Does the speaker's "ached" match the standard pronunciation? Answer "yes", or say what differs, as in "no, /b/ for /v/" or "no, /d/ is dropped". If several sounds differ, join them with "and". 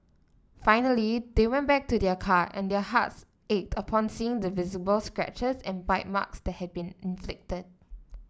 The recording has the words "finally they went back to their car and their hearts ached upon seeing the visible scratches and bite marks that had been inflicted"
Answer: yes